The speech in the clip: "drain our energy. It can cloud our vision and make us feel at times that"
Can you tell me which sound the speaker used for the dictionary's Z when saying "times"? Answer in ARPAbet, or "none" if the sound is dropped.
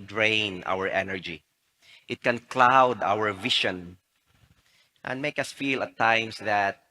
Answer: S